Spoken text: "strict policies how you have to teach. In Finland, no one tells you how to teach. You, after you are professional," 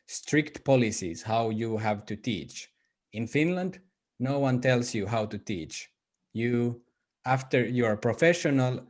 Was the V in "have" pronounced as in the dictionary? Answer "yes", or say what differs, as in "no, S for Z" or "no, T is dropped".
yes